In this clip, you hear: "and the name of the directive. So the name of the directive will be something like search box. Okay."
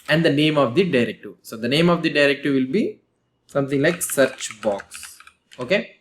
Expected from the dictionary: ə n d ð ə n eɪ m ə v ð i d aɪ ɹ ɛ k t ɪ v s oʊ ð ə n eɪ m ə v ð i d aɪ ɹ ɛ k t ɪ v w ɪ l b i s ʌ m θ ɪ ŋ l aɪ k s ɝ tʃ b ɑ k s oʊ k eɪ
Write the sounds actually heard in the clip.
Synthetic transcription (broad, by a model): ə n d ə n eɪ m ə v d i d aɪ ɹ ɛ k t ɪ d s oʊ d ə n eɪ m ə v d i d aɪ ɹ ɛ k t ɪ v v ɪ l b i s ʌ m t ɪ ŋ l aɪ k s ɝ tʃ b ɑ k s oʊ k eɪ